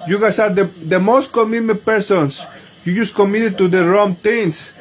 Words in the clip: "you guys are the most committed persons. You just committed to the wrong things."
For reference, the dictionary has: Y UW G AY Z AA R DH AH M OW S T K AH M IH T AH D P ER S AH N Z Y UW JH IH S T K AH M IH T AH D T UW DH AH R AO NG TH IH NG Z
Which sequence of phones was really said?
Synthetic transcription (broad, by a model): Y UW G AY S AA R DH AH M OW S T K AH M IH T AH P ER S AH N S Y UW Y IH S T K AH M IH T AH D T UW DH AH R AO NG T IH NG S